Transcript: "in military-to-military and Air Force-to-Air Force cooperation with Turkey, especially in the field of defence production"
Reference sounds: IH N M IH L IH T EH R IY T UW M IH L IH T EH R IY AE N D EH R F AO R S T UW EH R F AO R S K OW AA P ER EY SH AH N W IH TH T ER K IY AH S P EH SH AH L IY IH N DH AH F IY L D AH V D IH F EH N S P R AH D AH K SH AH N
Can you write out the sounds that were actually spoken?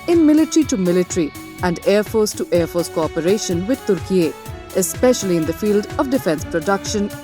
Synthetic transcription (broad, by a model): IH N M IH L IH T R IY T UW M IH L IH T R IY AE N D EH R F AO R S T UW EH R F AO R S K OW AA P ER EY SH AH N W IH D T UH K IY AH S P EH SH AH L IY IH N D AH F IY L D AH V D IH F EH N S P R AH D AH K SH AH N